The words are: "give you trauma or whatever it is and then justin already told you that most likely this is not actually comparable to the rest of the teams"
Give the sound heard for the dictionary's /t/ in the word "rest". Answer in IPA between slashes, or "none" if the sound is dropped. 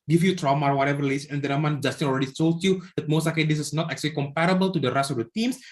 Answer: none